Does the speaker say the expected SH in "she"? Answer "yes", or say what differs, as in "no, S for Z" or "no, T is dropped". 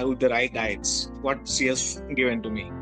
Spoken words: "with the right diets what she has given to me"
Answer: no, S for SH